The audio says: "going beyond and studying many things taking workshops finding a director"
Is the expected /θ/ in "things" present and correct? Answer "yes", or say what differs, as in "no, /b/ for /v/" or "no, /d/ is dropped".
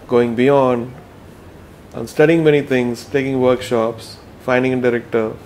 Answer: no, /t/ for /θ/